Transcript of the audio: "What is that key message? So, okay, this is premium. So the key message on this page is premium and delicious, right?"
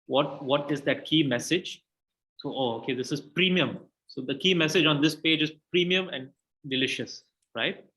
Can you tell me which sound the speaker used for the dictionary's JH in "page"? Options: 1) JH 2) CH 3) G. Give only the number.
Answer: 1